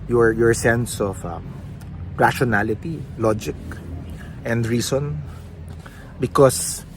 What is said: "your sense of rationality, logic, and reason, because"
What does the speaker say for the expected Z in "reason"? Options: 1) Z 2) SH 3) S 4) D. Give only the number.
3